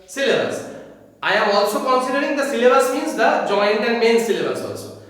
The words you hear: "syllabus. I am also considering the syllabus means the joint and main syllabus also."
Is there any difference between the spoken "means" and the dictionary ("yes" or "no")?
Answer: yes